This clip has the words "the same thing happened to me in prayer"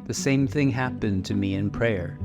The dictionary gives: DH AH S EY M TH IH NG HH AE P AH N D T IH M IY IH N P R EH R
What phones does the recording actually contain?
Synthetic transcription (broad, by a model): DH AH S EY M TH IH NG HH AE P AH N T IH M IY IH N P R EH R